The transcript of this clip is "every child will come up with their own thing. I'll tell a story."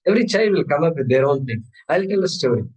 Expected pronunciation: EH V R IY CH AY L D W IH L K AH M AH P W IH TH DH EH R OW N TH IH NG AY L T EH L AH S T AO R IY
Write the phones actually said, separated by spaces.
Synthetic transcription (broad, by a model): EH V R IY CH AY D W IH L K AH M AH P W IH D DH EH R OW N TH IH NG AY L T EH L AH S T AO R IY